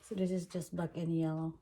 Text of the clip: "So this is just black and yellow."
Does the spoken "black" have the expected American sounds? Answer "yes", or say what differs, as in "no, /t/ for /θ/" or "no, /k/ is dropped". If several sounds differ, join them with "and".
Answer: no, /l/ is dropped